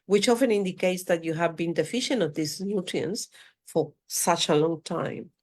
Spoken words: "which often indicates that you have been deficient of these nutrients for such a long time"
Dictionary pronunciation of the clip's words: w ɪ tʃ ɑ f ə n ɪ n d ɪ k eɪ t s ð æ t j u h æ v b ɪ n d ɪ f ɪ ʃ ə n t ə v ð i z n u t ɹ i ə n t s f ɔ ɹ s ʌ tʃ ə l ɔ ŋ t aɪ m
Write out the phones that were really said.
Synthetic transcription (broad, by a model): w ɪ tʃ ɑ f ə n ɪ n d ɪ k eɪ t s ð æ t j u h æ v b ɪ n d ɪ f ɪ ʃ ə n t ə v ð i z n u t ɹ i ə n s f ɔ ɹ s ʌ tʃ ə l ɔ ŋ t aɪ m